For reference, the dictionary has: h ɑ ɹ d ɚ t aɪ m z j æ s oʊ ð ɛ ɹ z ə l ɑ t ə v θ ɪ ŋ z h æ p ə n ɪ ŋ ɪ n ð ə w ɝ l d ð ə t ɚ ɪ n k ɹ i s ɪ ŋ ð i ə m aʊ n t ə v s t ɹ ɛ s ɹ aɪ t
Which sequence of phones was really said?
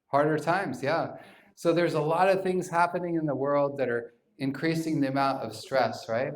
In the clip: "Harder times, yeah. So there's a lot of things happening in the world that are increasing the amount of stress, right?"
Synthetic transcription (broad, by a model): h ɑ ɹ d ɚ t aɪ m z j æ s oʊ ð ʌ ɹ z ə l ɑ t ə v θ ɪ ŋ z h æ p ə n ɪ ŋ ɪ n ð ə w ɝ l d ð ə t ɚ ɪ n k ɹ i s ɪ ŋ ð i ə m aʊ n t ə v s t ɹ ɛ s ɹ aɪ t